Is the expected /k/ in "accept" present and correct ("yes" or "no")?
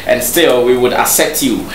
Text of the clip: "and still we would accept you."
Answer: no